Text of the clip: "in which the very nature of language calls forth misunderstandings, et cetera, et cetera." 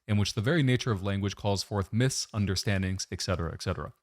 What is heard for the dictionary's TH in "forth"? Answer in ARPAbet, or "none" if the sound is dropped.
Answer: TH